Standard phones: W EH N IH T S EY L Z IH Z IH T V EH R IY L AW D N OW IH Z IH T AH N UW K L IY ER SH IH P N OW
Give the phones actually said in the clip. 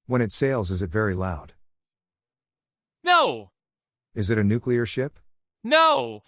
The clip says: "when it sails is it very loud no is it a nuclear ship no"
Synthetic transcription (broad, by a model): W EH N IH T S EY L Z IH Z IH T V EH R IY L AW D N OW IH Z IH T AH N UW K L IY ER SH IH P N OW